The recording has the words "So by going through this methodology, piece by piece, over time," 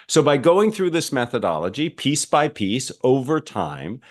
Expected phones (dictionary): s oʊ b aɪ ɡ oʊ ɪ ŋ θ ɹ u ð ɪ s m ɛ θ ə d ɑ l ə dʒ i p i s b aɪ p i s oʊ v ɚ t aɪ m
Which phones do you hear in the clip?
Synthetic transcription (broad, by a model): s oʊ b aɪ ɡ oʊ ɪ ŋ θ ɹ u ð ɪ s m ɛ θ ə d ɑ l ə dʒ i p i s b aɪ p i s oʊ v ɚ t aɪ m